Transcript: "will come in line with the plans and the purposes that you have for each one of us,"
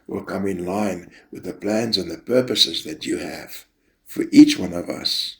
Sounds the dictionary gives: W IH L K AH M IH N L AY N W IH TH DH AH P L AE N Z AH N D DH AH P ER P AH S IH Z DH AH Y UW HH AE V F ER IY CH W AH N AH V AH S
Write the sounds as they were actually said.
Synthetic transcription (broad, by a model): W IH L K AH M IH N L AY N W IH DH AH P L AE N Z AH N DH AH P ER P AH S IH Z DH AH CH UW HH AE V F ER IY CH W AH N AH V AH S